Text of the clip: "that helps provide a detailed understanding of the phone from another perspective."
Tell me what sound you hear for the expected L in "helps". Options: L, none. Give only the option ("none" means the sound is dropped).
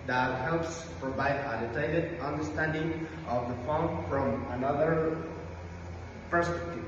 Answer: L